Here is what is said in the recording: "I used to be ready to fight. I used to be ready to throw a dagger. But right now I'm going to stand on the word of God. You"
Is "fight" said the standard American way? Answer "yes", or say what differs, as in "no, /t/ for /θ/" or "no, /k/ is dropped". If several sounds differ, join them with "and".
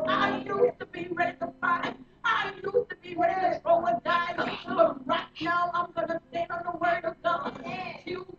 no, /t/ is dropped